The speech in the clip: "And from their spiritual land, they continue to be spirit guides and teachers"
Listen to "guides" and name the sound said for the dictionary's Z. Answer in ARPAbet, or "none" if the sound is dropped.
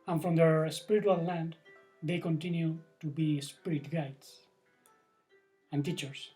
S